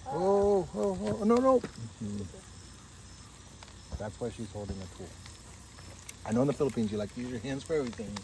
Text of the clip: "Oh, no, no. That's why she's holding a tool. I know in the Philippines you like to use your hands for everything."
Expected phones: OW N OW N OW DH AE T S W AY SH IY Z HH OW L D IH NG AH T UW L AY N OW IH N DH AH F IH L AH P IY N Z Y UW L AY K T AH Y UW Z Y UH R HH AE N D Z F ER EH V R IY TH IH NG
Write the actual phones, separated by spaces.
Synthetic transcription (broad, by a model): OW N OW N OW DH AE T S W AY SH IY Z HH OW L D IH NG AH T UW L AY N OW IH N DH AH F IH L AH P IY N Z Y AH L AY K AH Y UW Z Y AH R HH AE N D Z F ER EH V R IY TH IH NG